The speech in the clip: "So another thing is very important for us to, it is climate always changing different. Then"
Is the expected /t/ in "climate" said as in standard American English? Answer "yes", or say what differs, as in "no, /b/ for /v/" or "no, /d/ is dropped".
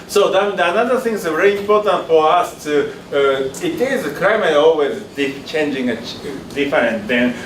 no, /t/ is dropped